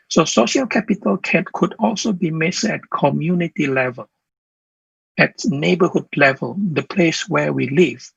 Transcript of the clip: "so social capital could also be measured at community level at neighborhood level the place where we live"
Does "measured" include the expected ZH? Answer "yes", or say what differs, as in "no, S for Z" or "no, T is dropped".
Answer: no, S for ZH